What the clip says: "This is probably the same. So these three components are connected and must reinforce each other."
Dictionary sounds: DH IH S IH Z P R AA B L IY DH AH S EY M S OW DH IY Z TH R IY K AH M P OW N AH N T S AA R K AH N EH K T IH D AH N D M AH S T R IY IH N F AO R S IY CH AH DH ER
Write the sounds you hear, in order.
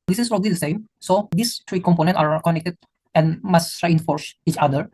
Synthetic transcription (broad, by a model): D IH S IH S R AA L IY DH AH S EY M S OW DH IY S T R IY K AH M P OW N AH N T AA R K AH N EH K T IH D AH N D M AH S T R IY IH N F AO R S IY CH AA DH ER